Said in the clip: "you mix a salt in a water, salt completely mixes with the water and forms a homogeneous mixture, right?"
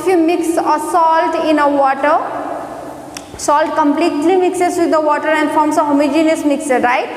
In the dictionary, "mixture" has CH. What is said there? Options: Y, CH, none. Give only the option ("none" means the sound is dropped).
none